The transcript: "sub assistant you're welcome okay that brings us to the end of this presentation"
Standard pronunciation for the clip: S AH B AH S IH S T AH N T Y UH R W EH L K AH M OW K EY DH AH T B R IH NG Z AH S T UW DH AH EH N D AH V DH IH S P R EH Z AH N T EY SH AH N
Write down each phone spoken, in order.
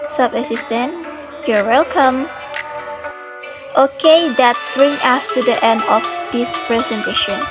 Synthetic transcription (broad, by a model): S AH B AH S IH S T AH N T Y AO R W EH L K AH M OW K EY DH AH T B R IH NG AH S T UW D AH EH N D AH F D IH S P R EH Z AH N T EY SH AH N